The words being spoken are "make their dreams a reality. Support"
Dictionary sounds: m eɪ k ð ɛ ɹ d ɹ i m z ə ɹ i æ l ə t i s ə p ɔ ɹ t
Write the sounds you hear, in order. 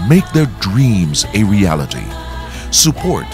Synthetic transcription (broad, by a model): m eɪ k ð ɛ ɹ d ɹ i m z ə ɹ i æ l ə t i s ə p ɔ ɹ t